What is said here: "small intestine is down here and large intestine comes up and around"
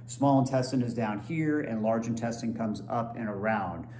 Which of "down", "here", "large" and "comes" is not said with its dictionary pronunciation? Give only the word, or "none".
none